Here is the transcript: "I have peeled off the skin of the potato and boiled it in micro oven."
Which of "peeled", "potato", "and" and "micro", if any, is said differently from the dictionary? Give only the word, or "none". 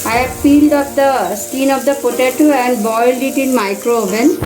none